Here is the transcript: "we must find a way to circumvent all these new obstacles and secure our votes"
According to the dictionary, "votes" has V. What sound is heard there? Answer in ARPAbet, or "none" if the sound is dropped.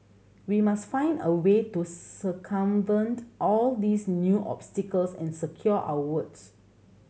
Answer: W